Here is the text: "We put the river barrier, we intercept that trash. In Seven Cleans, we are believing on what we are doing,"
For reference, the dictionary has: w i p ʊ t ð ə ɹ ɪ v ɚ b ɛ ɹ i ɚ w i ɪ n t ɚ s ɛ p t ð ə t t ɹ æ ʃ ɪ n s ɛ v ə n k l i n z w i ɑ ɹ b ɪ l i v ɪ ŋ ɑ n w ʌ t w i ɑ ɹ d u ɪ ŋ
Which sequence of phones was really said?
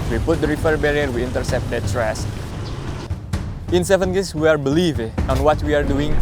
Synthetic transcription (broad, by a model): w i p ʊ t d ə ɹ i f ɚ b ɛ ɹ i ɚ w i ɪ n t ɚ s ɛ p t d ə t s ɹ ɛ s ɪ n s ɛ v ə n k i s w i ɑ ɹ b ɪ l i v ɑ n w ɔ t w i ɑ ɹ d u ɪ ŋ